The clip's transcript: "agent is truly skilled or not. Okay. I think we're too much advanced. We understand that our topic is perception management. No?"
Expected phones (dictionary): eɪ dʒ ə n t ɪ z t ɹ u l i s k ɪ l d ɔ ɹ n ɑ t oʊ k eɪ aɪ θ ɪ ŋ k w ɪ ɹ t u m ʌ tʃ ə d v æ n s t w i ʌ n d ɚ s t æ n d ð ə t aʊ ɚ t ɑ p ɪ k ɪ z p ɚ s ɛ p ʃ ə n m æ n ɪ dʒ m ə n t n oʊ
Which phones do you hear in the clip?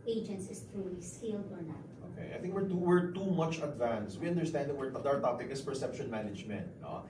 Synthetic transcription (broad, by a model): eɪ dʒ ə n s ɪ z t ɹ u l i s k ɪ l d ɔ ɹ n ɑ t oʊ k eɪ aɪ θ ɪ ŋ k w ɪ ɹ t u m ʌ tʃ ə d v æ n s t w i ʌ n d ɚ s t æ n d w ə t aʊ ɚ t ɑ p ɪ k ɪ s p ɚ s ɛ p ʃ ə n m æ n ɪ dʒ m ə n t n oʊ